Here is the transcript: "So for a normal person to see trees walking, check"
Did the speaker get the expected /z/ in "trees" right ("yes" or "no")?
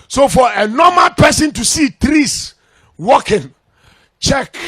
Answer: no